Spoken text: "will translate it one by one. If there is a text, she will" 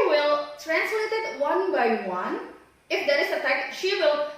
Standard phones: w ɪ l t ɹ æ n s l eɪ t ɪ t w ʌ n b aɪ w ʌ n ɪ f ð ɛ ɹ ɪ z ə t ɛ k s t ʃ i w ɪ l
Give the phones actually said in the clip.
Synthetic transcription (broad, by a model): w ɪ l t ɹ æ n s l eɪ t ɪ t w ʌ n b aɪ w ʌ n ɪ f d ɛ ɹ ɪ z ə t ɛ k t ʃ i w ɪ l